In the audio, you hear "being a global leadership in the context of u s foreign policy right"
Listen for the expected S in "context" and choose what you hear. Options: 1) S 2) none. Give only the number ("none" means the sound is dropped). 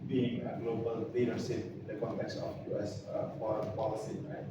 1